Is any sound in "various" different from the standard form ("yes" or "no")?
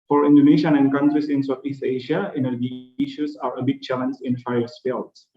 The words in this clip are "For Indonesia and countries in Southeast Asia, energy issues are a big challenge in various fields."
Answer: yes